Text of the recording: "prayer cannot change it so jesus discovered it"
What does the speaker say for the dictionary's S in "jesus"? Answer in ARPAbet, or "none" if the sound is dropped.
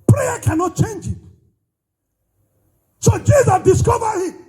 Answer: none